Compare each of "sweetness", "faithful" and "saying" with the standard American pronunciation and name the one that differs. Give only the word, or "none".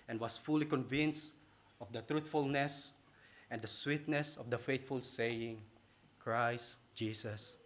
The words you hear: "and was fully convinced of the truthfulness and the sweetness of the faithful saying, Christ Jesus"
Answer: faithful